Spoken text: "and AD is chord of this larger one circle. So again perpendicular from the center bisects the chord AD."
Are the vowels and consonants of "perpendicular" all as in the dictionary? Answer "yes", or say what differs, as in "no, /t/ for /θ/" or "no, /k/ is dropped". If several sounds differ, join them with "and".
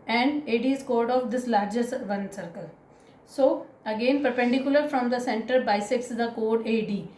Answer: yes